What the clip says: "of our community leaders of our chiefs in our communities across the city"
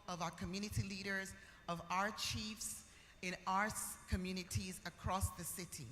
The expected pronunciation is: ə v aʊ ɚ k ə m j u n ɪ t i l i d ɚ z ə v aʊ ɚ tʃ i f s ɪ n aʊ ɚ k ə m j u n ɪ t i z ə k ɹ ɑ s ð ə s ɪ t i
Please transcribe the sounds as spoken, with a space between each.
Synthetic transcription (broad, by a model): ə v aʊ ɚ k ə m j u n ɪ t i l i d ɚ z ə v aʊ ɚ tʃ i f s ɪ n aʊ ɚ k ə m j u n ɪ t i z ə k ɹ ɑ s ð ə s ɪ t i